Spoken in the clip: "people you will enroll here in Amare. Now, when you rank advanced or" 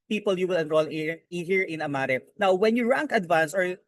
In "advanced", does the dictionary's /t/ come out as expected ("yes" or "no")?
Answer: no